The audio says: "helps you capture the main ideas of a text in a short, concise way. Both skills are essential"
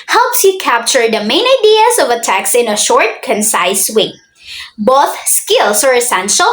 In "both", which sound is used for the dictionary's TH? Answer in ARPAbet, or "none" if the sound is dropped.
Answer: TH